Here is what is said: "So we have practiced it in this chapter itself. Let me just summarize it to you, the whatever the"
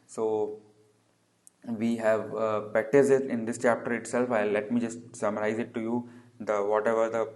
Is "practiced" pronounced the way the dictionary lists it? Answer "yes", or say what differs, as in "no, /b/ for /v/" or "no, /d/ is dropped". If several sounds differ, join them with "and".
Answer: no, /ɹ/ is dropped